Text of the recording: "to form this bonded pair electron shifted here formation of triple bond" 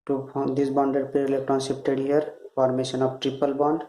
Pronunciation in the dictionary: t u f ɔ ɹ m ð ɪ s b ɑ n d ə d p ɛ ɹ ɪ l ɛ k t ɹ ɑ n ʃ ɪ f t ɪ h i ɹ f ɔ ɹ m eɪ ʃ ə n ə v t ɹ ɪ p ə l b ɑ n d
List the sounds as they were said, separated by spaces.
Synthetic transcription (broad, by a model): t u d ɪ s b ɑ n d ə d p ɛ ɹ ɪ l ɛ k t ɹ ɑ n s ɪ p t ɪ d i ɹ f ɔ ɹ m eɪ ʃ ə n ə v t ɹ ɪ p ə l b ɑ n d